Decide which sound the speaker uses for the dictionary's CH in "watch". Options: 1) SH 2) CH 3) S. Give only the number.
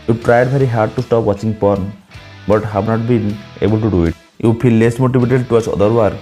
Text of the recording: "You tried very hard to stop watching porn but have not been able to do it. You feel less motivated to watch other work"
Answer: 3